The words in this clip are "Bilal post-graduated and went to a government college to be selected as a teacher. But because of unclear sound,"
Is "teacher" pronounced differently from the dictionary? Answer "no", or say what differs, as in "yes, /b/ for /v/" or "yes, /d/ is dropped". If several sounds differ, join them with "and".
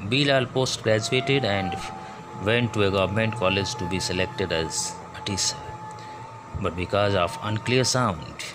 yes, /s/ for /tʃ/